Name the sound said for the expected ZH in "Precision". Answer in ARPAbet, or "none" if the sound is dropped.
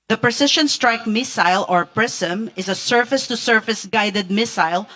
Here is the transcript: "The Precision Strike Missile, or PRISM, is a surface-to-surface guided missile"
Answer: SH